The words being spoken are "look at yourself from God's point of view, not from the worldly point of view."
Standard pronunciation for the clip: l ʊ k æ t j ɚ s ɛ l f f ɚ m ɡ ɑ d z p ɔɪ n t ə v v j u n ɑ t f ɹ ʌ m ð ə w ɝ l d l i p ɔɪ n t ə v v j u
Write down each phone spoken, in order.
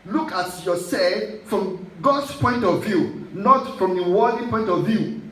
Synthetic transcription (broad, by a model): l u k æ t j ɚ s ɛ f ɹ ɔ m ɡ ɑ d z p ɔɪ n t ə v v j u n ɑ t f ɹ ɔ m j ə w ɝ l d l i p ɔɪ n t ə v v j u